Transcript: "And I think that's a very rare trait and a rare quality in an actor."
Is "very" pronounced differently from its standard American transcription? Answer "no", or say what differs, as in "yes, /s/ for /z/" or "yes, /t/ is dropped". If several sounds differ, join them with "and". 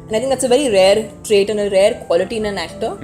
no